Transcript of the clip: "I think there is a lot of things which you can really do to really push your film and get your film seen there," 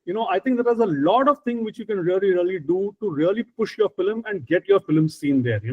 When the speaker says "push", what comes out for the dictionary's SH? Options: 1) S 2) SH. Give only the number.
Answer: 2